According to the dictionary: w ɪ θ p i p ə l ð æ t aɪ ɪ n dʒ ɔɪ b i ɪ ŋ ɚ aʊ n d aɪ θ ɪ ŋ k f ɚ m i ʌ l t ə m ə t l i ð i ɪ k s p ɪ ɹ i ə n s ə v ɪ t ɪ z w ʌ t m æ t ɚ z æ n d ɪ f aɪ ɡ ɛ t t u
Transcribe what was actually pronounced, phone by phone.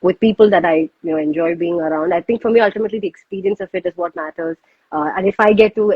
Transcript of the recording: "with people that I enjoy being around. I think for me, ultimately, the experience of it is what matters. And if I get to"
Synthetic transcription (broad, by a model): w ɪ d p i p ə l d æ t aɪ ɪ n dʒ ɔɪ b i ɪ ŋ ɚ aʊ n d aɪ t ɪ ŋ k f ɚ m i ʌ l t ə m ə t l i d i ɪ k s p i ɹ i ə n s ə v ɪ t ɪ z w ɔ t m æ t ɚ z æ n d ɪ f aɪ ɡ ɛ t t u